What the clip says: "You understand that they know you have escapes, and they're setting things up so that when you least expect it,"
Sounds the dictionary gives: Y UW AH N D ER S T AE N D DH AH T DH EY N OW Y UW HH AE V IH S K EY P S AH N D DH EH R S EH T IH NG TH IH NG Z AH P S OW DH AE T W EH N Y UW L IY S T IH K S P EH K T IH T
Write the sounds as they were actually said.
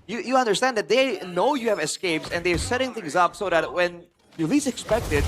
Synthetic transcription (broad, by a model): Y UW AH N D ER S T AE N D DH AH T DH EY N OW Y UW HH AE V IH S K EY P S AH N DH EH R S EH T IH NG TH IH NG Z AH P S OW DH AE T W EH N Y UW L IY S IH K S P EH K T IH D